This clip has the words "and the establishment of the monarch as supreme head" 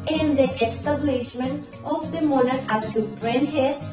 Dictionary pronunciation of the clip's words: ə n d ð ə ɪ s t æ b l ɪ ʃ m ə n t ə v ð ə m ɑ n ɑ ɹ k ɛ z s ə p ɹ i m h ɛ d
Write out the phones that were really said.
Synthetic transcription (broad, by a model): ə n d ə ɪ s t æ b l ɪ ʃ m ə n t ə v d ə m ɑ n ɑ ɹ ɑ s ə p ɹ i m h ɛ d